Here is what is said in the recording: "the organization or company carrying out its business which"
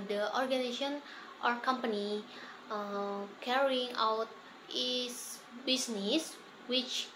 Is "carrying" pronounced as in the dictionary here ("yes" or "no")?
yes